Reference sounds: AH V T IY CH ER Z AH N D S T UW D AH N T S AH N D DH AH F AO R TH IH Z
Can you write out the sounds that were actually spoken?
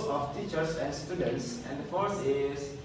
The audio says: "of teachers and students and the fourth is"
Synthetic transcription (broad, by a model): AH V T IY CH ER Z AH N D S T UW D AH N T S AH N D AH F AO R S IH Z